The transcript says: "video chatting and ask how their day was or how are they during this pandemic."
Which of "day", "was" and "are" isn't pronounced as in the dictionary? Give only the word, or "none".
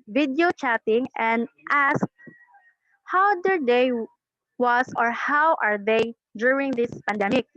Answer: was